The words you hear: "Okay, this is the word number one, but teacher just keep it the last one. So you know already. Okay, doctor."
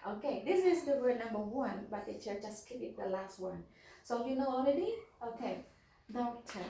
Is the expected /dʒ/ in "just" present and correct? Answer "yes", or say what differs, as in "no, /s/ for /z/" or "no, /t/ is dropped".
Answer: no, /tʃ/ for /dʒ/